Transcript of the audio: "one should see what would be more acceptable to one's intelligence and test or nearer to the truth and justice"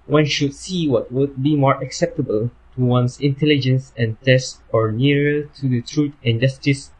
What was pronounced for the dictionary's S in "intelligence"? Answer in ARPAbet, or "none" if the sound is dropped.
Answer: S